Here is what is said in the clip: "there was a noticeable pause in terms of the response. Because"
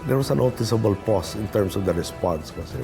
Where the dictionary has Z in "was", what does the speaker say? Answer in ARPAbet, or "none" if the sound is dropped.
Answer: S